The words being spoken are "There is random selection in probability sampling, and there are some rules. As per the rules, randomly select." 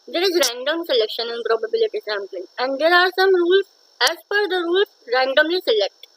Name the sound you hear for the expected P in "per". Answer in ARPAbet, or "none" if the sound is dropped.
F